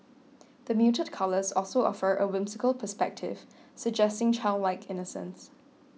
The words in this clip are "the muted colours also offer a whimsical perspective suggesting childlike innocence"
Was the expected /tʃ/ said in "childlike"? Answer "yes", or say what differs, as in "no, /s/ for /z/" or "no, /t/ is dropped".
yes